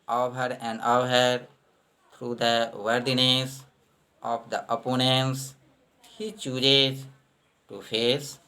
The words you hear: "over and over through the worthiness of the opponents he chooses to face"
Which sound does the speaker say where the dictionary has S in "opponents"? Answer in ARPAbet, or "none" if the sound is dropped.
S